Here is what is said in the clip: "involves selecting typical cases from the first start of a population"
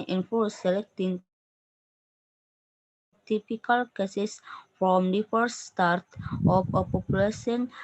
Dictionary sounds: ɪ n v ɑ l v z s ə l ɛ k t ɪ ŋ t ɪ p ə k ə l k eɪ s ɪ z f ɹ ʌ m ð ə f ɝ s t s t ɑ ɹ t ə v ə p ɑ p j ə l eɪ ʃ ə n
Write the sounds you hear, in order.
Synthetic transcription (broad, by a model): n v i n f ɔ s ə l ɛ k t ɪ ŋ t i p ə k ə l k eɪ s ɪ s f ɹ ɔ m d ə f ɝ t s t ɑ ɹ t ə f ə p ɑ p j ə l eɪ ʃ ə n